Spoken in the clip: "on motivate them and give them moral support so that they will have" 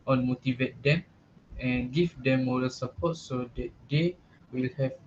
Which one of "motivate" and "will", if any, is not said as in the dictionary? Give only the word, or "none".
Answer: none